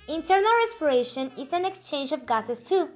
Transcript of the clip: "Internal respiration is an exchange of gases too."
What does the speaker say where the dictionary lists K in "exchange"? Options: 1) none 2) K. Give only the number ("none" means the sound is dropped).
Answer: 2